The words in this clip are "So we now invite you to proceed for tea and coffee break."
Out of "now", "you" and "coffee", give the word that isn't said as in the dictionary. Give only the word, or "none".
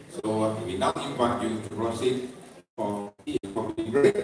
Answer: coffee